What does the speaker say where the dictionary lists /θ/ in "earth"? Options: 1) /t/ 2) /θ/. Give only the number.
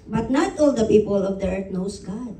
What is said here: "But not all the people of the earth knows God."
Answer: 1